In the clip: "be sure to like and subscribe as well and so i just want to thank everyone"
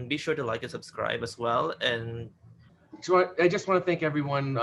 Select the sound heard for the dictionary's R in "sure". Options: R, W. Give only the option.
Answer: R